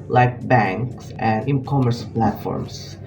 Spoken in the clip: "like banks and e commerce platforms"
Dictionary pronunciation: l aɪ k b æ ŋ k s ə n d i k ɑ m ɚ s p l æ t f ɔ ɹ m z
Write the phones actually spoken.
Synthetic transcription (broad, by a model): l aɪ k b æ ŋ k s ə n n k ɑ m ɚ s p l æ t f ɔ ɹ m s